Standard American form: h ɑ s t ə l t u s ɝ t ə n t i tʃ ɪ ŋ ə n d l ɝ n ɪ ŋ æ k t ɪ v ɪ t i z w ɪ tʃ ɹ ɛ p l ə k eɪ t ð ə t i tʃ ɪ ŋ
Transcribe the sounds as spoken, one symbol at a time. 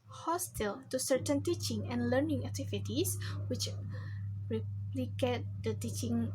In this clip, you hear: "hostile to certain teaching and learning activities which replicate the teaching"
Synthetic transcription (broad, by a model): h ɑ s t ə l t u s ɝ t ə n t i tʃ ɪ ŋ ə n l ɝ n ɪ ŋ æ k t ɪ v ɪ t i s w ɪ tʃ ɹ ɛ p l ə k eɪ t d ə t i tʃ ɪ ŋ